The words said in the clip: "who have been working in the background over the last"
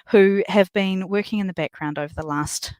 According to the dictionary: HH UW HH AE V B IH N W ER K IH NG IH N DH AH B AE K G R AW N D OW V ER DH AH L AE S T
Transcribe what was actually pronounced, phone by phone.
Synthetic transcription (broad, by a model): HH UW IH V B IH N W ER K IH NG IH N DH AH B AE K G R AW N D OW V ER DH AH L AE S T